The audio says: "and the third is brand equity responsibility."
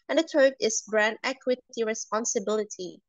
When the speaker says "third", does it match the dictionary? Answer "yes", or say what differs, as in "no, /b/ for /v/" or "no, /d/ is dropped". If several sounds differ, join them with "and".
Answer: no, /t/ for /θ/